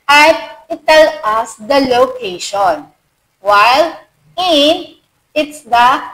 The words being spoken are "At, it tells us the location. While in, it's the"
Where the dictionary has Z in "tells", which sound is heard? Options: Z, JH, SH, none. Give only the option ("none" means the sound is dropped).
none